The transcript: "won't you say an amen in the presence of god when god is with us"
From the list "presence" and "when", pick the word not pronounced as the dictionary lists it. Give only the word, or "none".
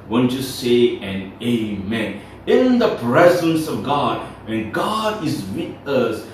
none